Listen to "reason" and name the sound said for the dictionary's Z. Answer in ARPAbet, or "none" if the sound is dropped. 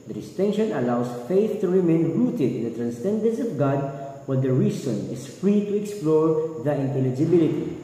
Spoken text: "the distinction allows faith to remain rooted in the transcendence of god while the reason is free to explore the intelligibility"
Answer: S